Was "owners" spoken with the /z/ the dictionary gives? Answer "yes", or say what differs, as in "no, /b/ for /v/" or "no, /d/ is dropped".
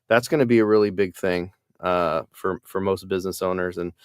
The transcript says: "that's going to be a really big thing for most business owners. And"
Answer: yes